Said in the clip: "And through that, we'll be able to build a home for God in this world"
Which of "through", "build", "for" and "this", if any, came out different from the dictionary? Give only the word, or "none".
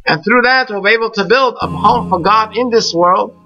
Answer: none